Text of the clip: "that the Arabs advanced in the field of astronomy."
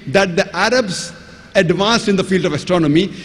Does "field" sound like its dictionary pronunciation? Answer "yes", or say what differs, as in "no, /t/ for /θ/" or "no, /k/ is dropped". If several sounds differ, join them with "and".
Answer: yes